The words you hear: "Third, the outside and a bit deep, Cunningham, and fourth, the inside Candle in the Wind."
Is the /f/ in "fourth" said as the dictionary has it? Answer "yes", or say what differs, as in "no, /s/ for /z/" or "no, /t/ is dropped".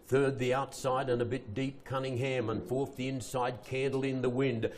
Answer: yes